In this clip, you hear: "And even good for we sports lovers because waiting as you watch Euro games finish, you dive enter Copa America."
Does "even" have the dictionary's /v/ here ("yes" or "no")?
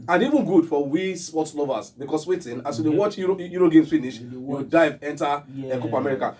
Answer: yes